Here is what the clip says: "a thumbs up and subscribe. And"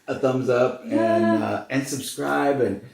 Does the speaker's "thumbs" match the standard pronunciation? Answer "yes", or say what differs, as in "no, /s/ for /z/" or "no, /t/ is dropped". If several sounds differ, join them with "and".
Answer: yes